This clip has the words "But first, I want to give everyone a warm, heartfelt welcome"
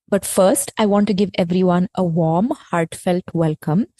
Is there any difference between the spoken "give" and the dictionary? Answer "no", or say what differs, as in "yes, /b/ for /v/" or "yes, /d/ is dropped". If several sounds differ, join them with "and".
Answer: no